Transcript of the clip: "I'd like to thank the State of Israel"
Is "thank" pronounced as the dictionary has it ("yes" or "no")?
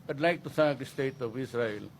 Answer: no